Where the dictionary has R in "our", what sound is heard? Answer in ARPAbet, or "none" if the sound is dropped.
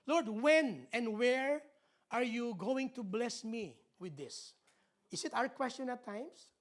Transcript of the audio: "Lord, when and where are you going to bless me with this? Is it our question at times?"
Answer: R